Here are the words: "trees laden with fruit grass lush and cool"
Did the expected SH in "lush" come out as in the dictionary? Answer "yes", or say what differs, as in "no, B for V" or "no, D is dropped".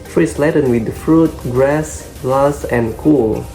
no, S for SH